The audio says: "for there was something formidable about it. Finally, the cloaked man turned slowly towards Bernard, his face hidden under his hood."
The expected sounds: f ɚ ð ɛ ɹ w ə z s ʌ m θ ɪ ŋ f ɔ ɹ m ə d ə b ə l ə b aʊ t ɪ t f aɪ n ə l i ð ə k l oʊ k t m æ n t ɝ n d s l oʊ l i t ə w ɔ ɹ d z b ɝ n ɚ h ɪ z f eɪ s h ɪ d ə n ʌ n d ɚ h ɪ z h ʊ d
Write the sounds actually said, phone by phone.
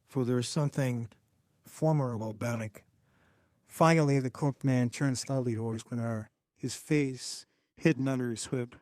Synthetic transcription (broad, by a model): f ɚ ð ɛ ɹ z s ʌ m θ ɪ ŋ f ɔ ɹ m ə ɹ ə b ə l b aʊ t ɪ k f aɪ ə l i ð ə k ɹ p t m æ n t ɝ n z s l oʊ l i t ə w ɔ ɹ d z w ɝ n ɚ h ɪ z f eɪ s h ɪ d n ʌ n d ɚ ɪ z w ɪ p